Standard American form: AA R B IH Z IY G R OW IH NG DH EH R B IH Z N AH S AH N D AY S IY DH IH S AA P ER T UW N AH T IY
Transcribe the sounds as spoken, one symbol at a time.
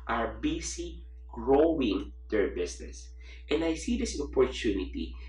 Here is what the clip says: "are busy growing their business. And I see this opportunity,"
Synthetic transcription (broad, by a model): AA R B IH S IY G R OW IH NG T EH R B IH S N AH S AH N D AY S IY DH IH S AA P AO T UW N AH T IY